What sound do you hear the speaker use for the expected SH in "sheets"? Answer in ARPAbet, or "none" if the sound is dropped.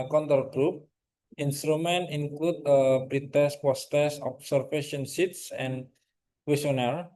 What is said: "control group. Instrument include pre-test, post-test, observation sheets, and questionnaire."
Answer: S